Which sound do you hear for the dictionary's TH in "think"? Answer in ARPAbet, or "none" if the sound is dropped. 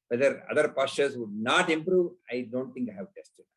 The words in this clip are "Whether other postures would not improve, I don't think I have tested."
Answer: T